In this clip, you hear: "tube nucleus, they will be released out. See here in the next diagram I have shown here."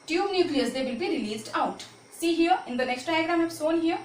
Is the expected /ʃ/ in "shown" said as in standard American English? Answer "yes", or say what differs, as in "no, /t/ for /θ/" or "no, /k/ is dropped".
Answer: no, /s/ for /ʃ/